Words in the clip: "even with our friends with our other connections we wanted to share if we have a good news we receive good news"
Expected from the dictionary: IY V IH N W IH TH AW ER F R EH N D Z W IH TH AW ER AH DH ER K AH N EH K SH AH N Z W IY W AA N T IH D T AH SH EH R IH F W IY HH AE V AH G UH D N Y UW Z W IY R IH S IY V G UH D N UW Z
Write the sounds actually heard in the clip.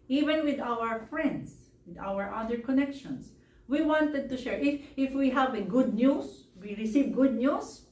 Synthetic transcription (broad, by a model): IY V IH N W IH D AW ER F R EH N D S W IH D AW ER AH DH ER K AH N EH K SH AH N S W IY W AA N T IH D T AH SH EH R IH F W IY HH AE V AH G UH D N Y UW S W IY R IH S IY V G UH D N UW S